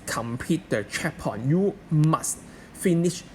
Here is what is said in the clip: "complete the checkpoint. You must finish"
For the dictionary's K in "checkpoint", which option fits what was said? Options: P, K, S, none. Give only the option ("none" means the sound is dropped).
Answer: none